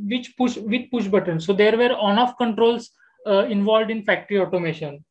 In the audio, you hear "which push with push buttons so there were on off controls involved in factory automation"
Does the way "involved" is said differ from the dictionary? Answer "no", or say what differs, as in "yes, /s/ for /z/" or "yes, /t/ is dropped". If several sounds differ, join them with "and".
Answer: no